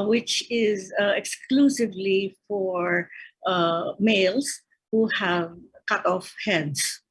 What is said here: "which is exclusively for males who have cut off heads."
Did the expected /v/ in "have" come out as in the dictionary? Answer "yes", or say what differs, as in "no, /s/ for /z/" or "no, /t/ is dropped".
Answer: yes